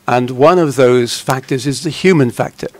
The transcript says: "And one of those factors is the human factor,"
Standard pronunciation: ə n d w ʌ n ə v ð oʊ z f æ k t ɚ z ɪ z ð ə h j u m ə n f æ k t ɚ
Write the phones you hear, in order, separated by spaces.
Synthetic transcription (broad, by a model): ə n w ʌ n ə v ð oʊ z f æ k t ɚ z ɪ z ð ə h j u m ə n f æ k t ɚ